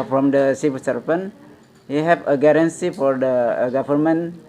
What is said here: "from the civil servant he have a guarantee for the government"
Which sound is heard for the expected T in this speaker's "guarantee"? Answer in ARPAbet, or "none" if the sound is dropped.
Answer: S